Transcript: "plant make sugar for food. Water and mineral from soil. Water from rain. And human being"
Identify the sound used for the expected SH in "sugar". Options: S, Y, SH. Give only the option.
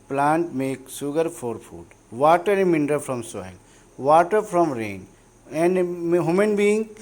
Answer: S